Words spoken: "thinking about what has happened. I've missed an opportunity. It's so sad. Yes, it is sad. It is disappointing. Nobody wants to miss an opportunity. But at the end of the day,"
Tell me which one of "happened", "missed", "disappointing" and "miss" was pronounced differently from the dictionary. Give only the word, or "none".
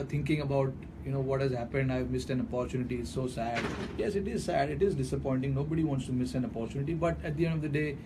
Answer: none